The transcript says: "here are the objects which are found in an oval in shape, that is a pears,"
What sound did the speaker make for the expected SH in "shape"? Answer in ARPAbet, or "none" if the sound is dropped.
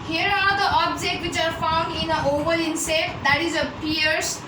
S